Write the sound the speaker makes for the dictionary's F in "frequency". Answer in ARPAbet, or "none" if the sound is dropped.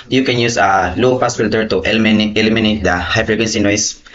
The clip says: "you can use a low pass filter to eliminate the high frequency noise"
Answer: P